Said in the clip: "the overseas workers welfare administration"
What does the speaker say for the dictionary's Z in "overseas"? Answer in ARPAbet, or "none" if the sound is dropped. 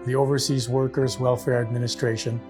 Z